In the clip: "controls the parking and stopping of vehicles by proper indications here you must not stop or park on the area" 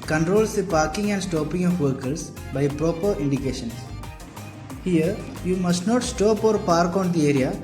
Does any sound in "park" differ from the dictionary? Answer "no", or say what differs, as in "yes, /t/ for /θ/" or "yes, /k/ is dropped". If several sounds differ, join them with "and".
no